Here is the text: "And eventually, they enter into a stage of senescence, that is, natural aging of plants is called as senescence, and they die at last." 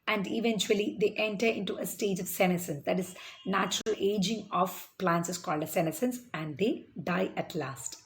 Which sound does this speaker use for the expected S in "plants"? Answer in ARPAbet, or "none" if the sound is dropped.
S